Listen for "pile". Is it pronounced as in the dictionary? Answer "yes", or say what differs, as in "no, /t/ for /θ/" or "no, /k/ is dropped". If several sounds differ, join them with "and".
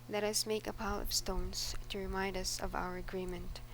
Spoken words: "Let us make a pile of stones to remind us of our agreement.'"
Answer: yes